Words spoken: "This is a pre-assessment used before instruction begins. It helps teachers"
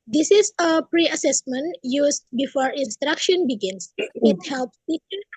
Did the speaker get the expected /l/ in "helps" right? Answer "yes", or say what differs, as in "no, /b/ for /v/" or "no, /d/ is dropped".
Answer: yes